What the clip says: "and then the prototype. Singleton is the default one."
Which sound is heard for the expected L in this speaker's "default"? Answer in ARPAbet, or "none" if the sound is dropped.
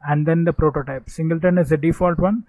L